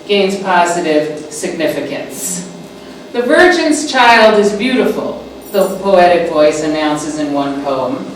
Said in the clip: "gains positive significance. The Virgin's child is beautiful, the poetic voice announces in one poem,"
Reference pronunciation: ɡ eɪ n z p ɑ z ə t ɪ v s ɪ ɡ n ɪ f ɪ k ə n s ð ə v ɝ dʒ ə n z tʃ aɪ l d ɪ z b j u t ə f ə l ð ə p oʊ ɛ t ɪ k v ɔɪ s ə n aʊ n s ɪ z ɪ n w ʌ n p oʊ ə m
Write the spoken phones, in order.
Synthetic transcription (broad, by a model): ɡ eɪ n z p ɑ z ə t ɪ v s ɪ ɡ n ɪ f ɪ k ə n s ð ə v ɝ dʒ ə n z tʃ aɪ l d ɪ z b j u t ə f l ð ə p oʊ ɛ t ɪ k v ɔɪ s ə n aʊ n s ɪ z ɪ n w ʌ n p oʊ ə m